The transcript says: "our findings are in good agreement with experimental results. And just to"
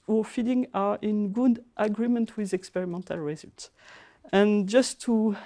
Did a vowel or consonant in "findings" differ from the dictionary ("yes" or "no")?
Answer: yes